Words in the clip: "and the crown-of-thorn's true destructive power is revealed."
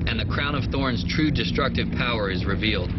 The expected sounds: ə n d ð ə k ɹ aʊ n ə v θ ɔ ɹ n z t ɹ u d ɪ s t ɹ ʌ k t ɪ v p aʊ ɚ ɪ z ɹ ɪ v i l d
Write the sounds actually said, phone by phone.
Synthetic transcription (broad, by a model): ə n ð ə k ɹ aʊ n ə v θ ɔ ɹ n z t ɹ u d ɪ s t ɹ ʌ k t ɪ v p aʊ ɚ ɪ z ɹ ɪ v i l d